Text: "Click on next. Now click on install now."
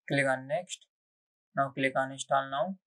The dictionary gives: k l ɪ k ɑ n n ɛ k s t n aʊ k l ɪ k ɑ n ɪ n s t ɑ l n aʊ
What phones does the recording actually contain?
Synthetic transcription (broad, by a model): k l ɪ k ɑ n n ɛ k s t n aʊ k l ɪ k ɑ n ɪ s t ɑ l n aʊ